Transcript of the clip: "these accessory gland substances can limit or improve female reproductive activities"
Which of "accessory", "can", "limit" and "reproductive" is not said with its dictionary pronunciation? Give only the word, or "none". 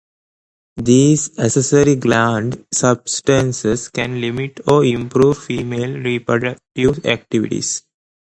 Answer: accessory